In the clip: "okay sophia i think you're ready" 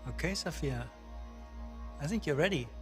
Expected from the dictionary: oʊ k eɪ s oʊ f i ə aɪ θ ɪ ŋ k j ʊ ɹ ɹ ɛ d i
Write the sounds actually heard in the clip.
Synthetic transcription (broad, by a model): oʊ k eɪ s oʊ f i ə aɪ θ ɪ ŋ k j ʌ ɹ ɹ ɛ d i